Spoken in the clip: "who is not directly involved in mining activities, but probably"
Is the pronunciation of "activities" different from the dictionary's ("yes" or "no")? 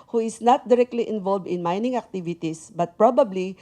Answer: yes